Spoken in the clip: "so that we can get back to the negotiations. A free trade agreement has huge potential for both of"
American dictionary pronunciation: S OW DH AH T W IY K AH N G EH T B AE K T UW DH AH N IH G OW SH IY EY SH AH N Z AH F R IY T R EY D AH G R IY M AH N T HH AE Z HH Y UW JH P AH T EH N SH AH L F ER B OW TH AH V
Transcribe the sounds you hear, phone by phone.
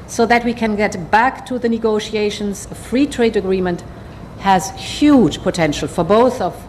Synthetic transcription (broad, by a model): S OW DH AH T W IY K AH N G EH T B AE K T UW DH AH N IH G OW SH IY EY SH AH N Z AH F R IY T R EY D AH G R IY M AH N T HH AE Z HH Y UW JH P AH T EH N SH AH L F ER B OW TH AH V